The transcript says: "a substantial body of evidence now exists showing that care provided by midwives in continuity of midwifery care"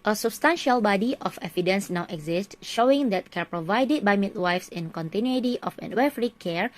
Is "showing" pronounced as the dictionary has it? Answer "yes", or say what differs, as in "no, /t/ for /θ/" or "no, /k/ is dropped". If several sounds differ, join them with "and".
yes